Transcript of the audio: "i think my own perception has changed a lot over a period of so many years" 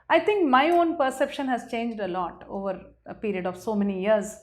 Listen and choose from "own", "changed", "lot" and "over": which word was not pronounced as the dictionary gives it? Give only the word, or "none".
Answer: none